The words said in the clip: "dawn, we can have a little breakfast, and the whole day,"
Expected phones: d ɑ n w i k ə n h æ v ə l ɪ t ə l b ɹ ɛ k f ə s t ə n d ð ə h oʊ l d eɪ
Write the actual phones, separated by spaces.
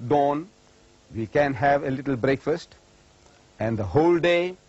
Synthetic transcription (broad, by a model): d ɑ n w i k ə n h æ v ə l ɪ t ə l b ɹ ɛ k f ə s t ə n d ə h oʊ l d eɪ